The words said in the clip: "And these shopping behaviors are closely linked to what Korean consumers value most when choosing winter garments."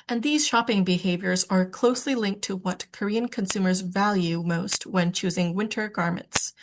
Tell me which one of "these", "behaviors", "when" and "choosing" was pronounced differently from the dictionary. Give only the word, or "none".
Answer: none